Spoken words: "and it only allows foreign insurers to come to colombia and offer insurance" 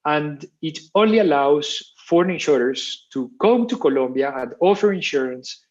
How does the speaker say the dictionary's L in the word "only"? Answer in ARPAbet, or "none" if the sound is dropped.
L